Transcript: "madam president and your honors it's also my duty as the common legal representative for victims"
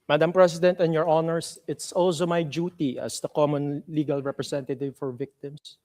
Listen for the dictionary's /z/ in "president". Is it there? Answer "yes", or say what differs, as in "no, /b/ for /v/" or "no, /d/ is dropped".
no, /s/ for /z/